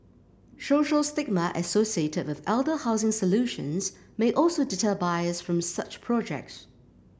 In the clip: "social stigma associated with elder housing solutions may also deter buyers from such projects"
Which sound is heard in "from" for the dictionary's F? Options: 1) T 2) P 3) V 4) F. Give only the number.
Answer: 4